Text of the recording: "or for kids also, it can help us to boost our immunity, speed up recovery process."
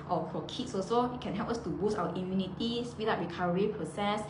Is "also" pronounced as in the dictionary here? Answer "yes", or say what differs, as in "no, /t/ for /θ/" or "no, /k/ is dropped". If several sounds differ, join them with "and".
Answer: no, /l/ is dropped